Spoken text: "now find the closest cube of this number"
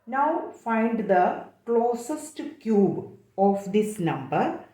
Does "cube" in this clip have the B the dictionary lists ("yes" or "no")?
yes